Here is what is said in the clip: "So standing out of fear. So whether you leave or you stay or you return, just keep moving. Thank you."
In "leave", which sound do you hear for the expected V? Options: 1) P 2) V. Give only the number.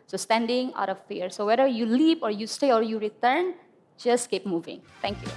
1